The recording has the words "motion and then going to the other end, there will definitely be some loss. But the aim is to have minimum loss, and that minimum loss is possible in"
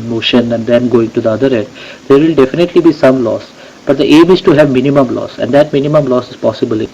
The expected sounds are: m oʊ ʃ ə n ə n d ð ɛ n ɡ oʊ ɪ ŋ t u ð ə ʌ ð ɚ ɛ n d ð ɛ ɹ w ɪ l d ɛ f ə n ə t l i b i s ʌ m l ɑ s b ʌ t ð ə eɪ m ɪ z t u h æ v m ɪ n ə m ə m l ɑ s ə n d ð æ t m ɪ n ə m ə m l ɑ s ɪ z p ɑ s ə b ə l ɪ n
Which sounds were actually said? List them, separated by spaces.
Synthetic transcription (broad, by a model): m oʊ ʃ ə n ə n d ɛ n ɡ oʊ ɪ ŋ t u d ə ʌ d ɚ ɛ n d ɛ ɹ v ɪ l d ɛ f ə n ə t l i b i s ʌ m l ɑ s b ʌ t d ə eɪ m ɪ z t u h æ v m ɪ n ə m ə m l ɑ s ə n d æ t m ɪ n ə m ə m l ɑ s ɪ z p ɑ s ə b ə l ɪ